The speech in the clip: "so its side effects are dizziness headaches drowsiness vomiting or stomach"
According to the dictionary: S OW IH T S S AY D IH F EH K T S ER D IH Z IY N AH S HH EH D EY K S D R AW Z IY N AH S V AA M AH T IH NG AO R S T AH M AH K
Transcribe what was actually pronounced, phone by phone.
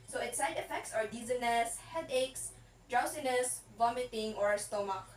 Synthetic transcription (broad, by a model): S OW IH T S S AY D IH F EH K T S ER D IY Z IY N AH S HH EH D EY K S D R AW S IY N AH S V AA M AH T IH NG AO R S T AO M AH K